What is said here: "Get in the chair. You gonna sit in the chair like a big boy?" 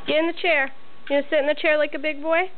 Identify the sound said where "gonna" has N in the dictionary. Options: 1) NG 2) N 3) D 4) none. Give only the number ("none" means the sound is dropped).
4